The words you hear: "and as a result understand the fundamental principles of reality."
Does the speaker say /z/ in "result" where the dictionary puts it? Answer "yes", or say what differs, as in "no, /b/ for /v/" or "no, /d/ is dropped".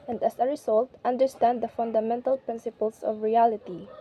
no, /s/ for /z/